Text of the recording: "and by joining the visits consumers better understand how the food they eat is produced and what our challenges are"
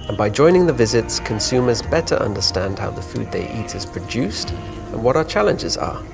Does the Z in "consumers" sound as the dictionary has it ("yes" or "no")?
yes